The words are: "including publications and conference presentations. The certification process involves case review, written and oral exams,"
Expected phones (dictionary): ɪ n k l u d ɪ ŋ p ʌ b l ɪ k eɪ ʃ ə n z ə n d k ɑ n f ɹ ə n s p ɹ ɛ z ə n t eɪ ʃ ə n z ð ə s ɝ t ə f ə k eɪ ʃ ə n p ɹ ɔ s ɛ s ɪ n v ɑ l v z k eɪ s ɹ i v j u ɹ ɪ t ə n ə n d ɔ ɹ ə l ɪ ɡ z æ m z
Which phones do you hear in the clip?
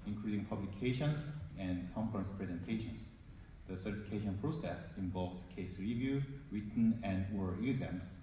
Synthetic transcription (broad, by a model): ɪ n k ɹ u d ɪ ŋ p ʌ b l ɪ k eɪ ʃ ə n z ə n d k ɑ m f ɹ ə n s p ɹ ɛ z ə n t eɪ ʃ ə n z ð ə s ɝ t ə f ə k eɪ ʃ ə n p ɹ ɔ s ɛ s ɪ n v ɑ l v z k eɪ s ɹ i v j u ɹ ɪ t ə n ə n d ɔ ə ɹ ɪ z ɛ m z